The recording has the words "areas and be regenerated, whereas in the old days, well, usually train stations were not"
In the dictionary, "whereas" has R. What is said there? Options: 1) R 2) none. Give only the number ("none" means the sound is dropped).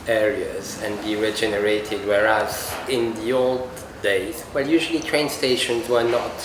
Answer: 1